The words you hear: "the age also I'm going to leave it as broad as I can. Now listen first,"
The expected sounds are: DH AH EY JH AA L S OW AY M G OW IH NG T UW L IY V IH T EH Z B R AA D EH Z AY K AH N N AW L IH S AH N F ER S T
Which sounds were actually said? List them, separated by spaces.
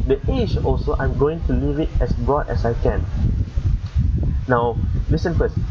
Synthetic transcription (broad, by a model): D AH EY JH AA L S OW AY M G OW IH NG T UW L IY V IH T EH S B R AA D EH S AY K AH N N AW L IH S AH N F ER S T